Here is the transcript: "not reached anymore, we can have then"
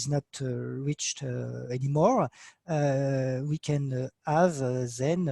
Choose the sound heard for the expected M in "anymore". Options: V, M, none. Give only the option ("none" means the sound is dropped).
M